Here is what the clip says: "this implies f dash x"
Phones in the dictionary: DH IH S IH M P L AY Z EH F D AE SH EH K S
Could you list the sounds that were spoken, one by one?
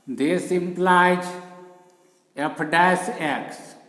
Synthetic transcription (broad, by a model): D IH S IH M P L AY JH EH P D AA S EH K S